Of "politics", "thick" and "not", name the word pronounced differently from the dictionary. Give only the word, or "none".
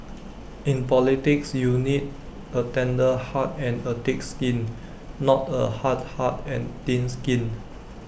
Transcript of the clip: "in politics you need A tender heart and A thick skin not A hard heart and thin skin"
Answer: thick